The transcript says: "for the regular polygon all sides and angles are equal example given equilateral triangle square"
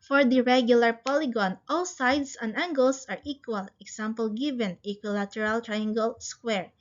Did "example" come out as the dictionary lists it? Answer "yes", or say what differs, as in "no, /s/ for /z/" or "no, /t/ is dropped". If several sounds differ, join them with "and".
no, /s/ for /z/